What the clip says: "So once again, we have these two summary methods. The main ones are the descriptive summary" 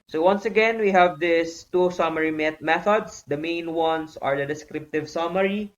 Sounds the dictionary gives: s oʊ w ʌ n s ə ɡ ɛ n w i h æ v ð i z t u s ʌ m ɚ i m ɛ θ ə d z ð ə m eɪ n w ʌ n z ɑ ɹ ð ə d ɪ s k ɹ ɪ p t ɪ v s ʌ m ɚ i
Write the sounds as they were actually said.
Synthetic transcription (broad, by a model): s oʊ w ʌ n s ə ɡ ɛ n w i h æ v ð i s t u s ʌ m ɚ i m ɛ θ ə d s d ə m eɪ n w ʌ n s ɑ ɹ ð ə d ɪ s k ɹ ɪ p t ɪ v s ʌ m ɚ i